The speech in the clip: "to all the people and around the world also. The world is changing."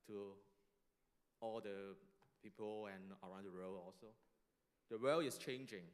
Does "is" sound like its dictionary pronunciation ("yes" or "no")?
no